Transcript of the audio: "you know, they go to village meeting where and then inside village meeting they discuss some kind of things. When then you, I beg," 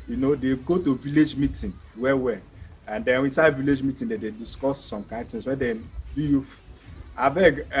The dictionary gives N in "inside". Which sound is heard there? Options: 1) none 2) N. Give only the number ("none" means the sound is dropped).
2